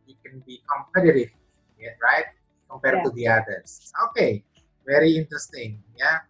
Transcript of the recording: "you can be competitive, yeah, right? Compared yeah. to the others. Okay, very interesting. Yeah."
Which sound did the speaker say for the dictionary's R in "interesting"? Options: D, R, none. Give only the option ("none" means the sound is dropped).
R